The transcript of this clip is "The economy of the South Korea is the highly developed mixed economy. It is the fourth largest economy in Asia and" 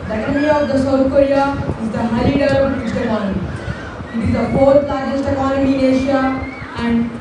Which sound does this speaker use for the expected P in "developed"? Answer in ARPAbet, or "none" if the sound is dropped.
none